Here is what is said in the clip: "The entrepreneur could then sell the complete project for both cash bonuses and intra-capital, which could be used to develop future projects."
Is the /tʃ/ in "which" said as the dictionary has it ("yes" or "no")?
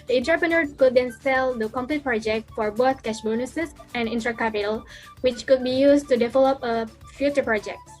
yes